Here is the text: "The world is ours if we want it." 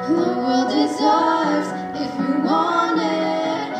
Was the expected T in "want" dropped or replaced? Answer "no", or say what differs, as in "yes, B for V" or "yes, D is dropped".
yes, T is dropped